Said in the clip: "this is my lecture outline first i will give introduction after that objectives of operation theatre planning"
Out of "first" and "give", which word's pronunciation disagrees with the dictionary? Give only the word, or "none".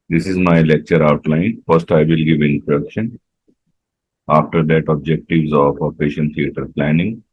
none